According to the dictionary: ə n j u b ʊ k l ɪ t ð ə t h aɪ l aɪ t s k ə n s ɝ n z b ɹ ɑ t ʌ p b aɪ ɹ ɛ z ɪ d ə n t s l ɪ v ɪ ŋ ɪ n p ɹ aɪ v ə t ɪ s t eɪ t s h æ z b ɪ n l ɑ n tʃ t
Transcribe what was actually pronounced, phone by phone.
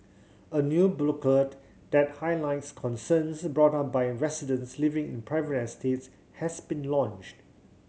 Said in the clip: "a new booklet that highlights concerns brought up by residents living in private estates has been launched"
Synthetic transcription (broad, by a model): ə n j u b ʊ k ɪ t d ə t h aɪ l aɪ t s k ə n s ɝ n s b ɹ ɑ t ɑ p b aɪ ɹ ɛ s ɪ d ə n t s l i v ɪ ŋ ɪ n p ɹ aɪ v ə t ɪ s t eɪ t s h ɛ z b ɪ n l ɑ n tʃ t